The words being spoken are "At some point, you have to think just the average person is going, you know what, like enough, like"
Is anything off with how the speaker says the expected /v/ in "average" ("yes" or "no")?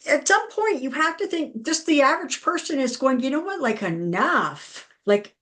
no